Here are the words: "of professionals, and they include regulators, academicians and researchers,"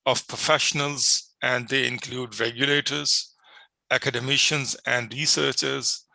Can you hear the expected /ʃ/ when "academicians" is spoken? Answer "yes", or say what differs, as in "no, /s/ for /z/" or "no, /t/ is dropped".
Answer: yes